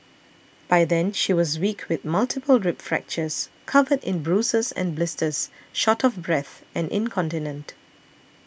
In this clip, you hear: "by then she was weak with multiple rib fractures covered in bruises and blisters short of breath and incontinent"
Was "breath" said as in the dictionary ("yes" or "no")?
yes